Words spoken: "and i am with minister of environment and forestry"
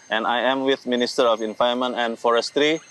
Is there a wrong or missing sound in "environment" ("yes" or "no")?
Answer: yes